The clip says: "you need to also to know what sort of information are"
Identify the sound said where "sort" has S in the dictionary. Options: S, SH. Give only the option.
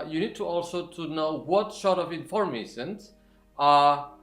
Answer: SH